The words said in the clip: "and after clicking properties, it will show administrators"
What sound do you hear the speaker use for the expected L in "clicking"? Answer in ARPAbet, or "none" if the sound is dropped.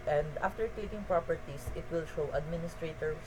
none